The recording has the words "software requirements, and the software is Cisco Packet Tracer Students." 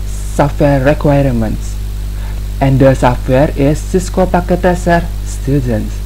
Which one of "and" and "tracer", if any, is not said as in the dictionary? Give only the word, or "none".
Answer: tracer